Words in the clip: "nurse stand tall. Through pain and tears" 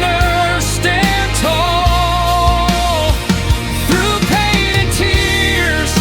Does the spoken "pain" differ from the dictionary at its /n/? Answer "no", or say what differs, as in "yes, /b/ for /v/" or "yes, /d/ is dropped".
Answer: yes, /n/ is dropped